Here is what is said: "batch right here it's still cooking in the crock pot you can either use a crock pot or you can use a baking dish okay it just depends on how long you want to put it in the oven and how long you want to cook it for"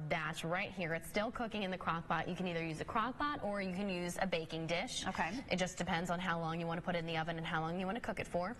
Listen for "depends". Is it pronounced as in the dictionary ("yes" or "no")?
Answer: yes